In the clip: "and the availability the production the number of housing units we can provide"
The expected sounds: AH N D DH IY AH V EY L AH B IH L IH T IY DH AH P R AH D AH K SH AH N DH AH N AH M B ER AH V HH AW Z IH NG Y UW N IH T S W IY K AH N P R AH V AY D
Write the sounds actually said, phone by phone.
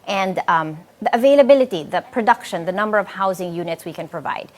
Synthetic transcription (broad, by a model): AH N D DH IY AH V EY L AH B IH L IH T IY DH AH P R AH D AH K SH AH N DH AH N AH M B ER AH V HH AW Z IH NG Y UW N IH T S W IY K AH N P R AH V AY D